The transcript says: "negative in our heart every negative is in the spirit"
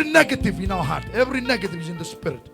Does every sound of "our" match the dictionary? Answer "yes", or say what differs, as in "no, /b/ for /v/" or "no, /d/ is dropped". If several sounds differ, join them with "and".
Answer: no, /w/ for /ɹ/